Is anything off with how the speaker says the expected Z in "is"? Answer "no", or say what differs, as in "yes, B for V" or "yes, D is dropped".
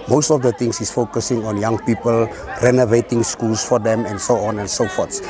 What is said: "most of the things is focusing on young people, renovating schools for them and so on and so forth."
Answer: yes, S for Z